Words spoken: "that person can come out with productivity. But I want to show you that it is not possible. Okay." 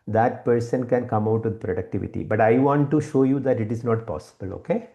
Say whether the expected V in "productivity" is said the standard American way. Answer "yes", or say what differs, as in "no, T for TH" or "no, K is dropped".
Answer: yes